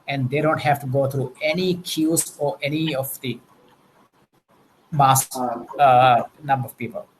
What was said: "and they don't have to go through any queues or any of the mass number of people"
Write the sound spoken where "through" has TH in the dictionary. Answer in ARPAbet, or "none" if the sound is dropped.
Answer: T